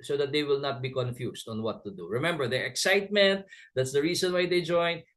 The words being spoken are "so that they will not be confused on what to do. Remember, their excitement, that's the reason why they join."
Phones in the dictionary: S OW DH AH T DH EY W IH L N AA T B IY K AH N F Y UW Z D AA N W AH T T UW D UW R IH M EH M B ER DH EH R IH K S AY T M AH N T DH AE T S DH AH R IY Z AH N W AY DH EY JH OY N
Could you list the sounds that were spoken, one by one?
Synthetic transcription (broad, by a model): S OW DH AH T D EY W IH L N AA T B IY K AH N F Y UW S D AA N W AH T T UW D UW R IH M EH M B ER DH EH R IH K S AY T M AH N T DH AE T S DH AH R IY S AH N W AY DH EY JH OY N